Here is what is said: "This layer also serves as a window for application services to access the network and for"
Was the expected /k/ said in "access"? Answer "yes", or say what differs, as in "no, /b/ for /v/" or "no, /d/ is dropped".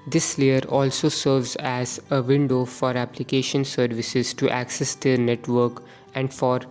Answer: yes